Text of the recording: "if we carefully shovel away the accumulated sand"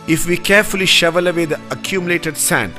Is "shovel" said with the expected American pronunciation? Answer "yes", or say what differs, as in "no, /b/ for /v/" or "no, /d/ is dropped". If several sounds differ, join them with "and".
yes